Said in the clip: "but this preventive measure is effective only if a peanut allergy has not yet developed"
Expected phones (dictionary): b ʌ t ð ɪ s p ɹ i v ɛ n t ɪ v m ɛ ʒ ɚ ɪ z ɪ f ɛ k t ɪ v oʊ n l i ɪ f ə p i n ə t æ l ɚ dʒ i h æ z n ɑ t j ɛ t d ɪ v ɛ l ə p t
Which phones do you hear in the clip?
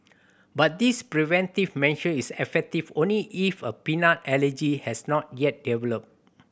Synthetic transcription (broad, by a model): b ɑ t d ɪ s p ɹ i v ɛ n t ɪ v m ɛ ʃ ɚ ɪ s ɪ f ɛ k t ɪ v oʊ n l i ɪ f ə p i n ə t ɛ l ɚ dʒ i h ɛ s n ɑ t j ɛ t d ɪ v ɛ l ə p